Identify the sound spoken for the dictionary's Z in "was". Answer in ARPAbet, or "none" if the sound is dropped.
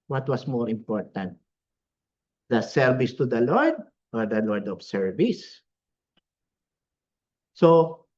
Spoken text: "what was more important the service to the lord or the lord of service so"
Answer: S